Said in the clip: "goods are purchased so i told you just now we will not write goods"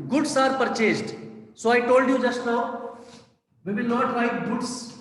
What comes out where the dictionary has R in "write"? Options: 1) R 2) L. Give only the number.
2